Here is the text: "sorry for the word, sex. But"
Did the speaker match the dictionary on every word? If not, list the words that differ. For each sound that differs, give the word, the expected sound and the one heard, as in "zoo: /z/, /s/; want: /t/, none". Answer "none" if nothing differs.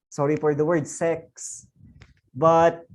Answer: for: /f/, /p/